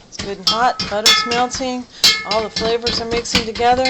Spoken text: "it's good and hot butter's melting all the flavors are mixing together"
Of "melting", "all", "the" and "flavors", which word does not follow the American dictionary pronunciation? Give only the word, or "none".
melting